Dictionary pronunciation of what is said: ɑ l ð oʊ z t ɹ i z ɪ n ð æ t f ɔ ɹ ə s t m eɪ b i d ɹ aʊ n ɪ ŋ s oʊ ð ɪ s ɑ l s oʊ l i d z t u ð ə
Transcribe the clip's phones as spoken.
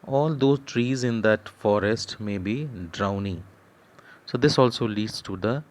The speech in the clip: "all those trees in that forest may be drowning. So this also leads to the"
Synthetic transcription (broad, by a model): ɑ l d oʊ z t ɹ i z ɪ n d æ t f ɔ ɹ ə s t m eɪ b i d ɹ aʊ n ɪ ŋ s oʊ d ɪ s ɑ l s oʊ l i d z t u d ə